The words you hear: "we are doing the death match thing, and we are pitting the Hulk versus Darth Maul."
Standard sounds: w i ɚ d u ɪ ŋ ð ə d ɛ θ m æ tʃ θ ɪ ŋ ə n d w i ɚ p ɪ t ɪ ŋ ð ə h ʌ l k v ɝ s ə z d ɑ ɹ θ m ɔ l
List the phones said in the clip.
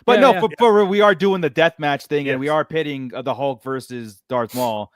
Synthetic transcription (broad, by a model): w i ɚ d u ɪ ŋ ð ə d ɛ θ m æ tʃ θ ɪ ŋ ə n w i ɚ p ɪ t ɪ ŋ ð ə h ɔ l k v ɝ s ə z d ɑ ɹ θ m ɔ l